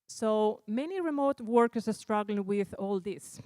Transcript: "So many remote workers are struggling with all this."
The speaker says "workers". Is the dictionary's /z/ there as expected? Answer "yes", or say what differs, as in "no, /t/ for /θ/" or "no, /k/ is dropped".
no, /s/ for /z/